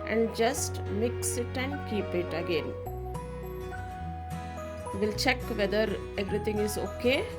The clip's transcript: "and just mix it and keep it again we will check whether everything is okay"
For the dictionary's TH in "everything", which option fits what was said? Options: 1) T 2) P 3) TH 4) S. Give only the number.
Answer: 1